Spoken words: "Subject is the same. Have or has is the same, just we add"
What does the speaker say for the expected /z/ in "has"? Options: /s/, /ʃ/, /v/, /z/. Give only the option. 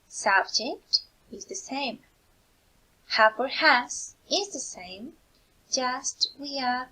/s/